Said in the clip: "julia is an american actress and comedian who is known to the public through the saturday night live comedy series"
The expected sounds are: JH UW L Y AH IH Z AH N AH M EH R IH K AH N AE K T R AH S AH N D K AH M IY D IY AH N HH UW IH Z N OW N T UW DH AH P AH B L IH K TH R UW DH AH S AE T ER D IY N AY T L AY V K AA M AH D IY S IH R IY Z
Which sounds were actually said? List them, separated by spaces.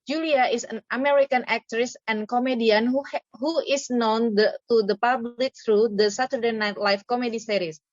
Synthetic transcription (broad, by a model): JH UW L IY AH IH S AH N AH M EH R IH K AH N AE K T R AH S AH N K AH M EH D IY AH N HH UW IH S N OW N T UW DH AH P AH B L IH K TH R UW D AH S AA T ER D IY N AY T L AY F K AA M AH D IY S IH R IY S